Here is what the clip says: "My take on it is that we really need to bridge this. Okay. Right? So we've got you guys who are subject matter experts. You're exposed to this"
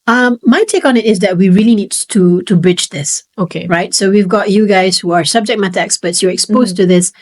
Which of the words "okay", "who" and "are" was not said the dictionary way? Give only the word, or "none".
none